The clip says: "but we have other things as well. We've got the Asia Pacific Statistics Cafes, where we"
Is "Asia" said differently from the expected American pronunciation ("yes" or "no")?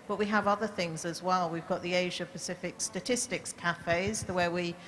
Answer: no